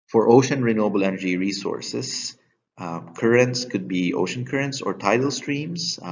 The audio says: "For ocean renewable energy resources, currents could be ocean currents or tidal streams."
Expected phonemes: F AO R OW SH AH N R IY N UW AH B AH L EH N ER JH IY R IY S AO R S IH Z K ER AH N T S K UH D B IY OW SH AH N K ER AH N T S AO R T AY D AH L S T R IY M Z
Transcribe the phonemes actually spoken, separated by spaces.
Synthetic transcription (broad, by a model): F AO R OW SH AH N R IY N UW AH B AH L EH N ER JH IY R IY S AO R S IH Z K ER AH N T S K UH D B IY OW SH AH N K ER AH N T S AO R T AY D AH L S T R IY M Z